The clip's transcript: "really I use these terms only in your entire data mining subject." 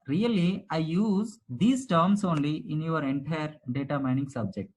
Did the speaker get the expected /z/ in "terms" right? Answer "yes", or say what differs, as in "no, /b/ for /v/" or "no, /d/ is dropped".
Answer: no, /s/ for /z/